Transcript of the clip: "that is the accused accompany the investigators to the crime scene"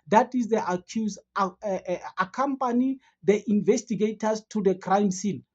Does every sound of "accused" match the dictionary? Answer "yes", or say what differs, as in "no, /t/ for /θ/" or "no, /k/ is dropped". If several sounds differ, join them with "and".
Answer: no, /d/ is dropped